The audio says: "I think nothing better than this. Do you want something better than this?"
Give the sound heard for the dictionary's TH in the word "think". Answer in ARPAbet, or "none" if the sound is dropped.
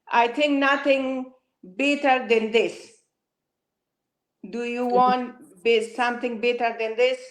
T